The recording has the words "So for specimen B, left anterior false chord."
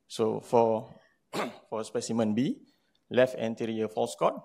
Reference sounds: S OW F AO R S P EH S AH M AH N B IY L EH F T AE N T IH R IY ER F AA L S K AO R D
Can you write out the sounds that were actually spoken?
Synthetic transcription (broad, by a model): S OW F AO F S P EH S AH M AH N B IY L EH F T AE N T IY R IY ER F AA L S K AO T